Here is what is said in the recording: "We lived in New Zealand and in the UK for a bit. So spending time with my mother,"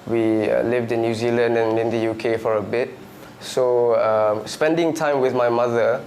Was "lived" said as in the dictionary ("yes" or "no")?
yes